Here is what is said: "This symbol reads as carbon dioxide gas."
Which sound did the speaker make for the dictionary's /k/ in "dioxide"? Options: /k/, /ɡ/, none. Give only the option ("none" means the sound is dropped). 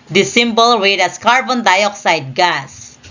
/k/